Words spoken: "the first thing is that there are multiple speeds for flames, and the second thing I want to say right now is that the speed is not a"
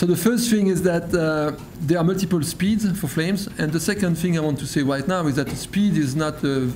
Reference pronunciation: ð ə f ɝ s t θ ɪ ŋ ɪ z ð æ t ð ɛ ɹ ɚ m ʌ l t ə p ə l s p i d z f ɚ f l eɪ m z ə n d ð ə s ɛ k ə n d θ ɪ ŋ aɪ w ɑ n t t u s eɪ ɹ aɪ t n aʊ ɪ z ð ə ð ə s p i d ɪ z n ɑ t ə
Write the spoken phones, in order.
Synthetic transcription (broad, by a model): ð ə f ɝ s t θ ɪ ŋ ɪ z ð æ t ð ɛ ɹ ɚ m ʌ l t ə p ə l s p i d z f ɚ f l eɪ m z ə n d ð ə s ɛ k ə n d θ ɪ ŋ aɪ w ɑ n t t u s eɪ ɹ aɪ t n aʊ ɪ z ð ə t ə s p i d ɪ z n ɑ t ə